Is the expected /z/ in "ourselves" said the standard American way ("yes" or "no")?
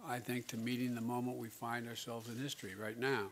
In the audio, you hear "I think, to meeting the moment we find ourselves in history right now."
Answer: yes